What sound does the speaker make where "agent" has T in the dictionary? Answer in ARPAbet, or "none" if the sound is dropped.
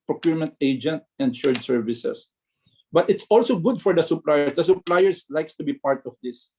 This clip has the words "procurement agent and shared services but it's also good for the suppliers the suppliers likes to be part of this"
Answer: T